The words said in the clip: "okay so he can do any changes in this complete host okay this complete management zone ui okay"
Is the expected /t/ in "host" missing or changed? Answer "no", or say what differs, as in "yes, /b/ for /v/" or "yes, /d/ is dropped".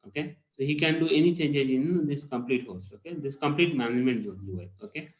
yes, /t/ is dropped